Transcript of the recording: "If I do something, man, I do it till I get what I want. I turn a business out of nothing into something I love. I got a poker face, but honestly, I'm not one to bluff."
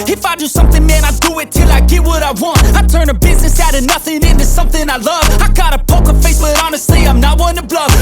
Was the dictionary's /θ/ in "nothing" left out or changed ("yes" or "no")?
no